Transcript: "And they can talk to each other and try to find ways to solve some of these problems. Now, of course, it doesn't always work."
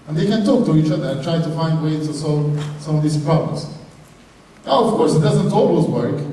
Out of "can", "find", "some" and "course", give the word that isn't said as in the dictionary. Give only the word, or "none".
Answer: none